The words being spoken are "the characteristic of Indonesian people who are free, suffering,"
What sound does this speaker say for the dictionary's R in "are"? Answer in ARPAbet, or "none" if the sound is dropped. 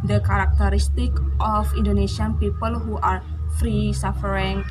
R